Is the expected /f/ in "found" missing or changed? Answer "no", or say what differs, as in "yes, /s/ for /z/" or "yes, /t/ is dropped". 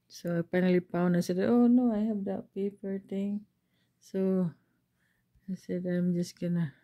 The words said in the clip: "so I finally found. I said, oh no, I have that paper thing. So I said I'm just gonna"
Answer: yes, /p/ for /f/